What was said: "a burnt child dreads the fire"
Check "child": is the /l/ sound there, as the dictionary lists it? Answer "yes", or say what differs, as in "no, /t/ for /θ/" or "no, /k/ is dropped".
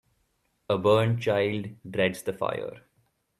yes